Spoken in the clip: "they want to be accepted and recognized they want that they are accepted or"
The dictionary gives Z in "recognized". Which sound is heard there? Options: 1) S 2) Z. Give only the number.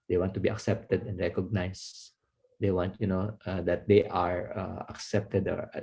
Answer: 1